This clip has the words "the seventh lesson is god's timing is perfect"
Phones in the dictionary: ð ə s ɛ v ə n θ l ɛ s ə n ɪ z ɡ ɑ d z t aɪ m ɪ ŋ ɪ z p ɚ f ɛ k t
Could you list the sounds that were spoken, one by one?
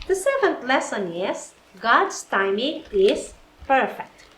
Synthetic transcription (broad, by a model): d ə s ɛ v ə n t l ɛ s ə n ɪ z ɡ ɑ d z t aɪ m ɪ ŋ ɪ z p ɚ f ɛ k t